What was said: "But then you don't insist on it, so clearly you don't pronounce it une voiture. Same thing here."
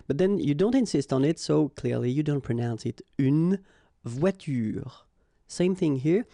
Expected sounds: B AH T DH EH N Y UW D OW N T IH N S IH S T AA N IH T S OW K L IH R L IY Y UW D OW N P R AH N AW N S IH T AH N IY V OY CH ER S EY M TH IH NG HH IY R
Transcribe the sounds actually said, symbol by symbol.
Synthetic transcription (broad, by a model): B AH T DH EH N Y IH D OW N T IH N S IH S T N IH T S OW K L IH R L IY Y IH D OW N P R AH N AW N S IH T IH N V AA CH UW S EY M TH IH NG HH IY R